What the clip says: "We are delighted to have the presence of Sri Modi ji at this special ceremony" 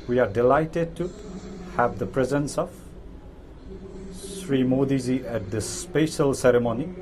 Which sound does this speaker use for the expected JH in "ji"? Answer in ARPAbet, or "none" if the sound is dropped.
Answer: Z